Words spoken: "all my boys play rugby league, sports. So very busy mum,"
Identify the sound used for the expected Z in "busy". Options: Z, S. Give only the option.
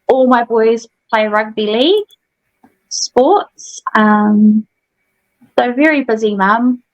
Z